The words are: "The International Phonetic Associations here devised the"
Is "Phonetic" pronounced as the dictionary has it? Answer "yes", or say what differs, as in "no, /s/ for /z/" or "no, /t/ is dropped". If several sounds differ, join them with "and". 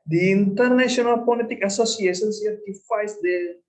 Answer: no, /p/ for /f/ and /l/ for /n/